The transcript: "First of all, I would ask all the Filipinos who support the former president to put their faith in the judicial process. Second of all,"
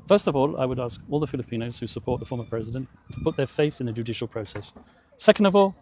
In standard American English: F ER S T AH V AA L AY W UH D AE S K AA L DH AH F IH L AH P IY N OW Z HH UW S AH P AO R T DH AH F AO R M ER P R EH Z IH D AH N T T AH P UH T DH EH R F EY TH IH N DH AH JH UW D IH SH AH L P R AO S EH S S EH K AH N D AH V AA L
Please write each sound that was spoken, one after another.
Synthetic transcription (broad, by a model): F ER S T AH V AA L AY W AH D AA S K AA L DH AH F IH L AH P IY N OW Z HH UW S AH P AO R T DH AH F AO R M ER P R EH Z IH D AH N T T AH P UH T DH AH R F EY TH IH N DH AH JH UW D IH SH AH L P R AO S EH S S EH K AH N D AH V AA L